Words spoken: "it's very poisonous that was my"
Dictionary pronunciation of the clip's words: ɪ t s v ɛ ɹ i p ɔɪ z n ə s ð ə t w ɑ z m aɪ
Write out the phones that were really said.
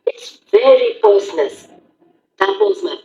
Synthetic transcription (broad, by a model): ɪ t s v ɛ ɹ i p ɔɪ s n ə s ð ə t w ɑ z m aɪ